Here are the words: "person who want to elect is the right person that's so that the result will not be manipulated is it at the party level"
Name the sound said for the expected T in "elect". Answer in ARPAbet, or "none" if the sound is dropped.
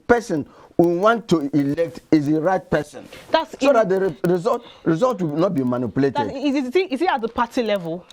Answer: T